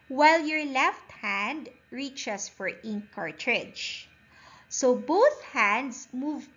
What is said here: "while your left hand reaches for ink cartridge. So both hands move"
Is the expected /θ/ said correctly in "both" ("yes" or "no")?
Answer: yes